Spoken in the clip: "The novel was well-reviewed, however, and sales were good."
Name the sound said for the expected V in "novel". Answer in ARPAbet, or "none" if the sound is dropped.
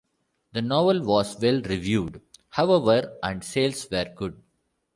V